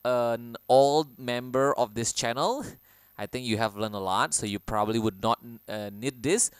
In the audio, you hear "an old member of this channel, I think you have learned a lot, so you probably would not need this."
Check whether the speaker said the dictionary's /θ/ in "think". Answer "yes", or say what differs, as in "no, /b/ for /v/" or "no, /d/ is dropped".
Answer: no, /t/ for /θ/